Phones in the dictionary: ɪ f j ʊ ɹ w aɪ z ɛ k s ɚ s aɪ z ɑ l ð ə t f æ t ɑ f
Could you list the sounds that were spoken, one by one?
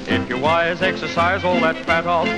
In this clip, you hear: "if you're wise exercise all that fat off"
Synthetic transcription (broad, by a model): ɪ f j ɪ w aɪ z ɛ k s ɚ s aɪ z ɑ l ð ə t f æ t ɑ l